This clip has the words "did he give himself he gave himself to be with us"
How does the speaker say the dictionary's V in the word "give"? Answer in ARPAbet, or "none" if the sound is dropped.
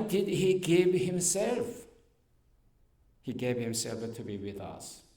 V